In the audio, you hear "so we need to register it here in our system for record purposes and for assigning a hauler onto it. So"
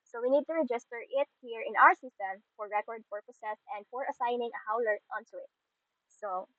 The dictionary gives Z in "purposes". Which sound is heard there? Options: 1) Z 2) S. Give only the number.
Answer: 2